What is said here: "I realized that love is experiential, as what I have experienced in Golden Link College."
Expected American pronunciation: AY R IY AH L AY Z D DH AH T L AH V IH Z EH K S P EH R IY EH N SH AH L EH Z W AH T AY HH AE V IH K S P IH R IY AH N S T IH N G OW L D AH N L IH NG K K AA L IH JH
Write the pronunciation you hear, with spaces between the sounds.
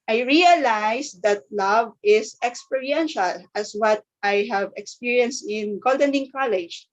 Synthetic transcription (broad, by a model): AY R IY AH L AY S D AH T L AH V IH S EH K S P EH R IY EH N SH AH L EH S W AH T AY HH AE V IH K S P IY R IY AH N S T IH N G OW L D AH N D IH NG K K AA L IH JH